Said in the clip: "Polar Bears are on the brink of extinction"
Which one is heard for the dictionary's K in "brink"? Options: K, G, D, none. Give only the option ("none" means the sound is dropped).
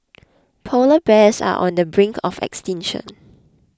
K